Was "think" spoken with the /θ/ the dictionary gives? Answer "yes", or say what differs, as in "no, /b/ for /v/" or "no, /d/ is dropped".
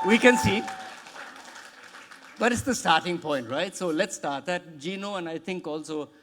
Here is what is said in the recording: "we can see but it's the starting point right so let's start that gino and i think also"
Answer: no, /t/ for /θ/